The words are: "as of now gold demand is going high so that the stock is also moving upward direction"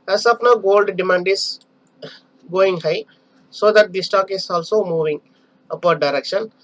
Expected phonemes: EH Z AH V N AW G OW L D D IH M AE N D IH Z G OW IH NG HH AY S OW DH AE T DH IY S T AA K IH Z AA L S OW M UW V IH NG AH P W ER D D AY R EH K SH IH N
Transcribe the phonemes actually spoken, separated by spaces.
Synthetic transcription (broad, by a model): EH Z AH P N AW G OW L D D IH M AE N D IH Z G OW IH NG HH AY S OW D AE T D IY S T AA K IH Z AA L S OW M UW V IH NG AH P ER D D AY R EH K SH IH N